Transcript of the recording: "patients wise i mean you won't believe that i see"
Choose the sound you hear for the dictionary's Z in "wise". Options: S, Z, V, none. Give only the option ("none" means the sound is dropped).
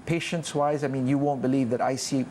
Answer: Z